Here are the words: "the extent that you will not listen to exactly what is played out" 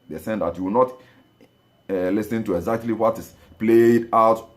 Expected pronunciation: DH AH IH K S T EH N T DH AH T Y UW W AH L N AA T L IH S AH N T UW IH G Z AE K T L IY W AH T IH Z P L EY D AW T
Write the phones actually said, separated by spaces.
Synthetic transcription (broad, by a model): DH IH S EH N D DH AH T Y UW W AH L N AA T L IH S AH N T UW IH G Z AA K T L IY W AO T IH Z P L EY D AW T